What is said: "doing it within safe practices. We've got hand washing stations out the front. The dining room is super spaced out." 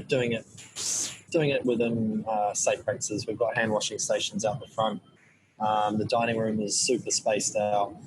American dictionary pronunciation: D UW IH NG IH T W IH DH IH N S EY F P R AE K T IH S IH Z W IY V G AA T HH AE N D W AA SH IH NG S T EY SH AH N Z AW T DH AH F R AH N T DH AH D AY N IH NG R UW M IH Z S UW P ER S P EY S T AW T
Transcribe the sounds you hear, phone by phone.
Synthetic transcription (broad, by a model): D UW IH NG IH T W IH DH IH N S EY F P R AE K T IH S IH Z W IY V G AA T HH AE N D W AA SH IH NG S T EY SH AH N Z AW T DH AH F R AH N T DH AH D AY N IH NG R UW M IH Z S UW P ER S P EY S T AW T